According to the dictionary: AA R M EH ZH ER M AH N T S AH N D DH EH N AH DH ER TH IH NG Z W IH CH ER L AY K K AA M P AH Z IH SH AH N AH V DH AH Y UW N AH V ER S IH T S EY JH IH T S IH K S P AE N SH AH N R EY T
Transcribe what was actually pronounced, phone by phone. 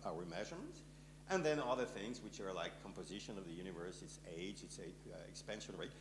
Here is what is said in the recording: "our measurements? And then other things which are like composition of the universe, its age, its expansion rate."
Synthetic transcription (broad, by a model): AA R M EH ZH ER M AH N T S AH N DH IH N AH DH ER TH IH NG Z W IH CH ER L AY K K AA M P AH Z IH SH AH N AH V DH AH Y UW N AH V ER S IH T S EY JH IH T S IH K S P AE N SH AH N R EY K